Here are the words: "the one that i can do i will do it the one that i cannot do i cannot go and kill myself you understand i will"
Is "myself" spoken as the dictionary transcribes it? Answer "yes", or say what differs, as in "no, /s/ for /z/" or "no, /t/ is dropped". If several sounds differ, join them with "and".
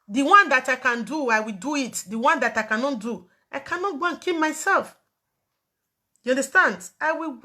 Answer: yes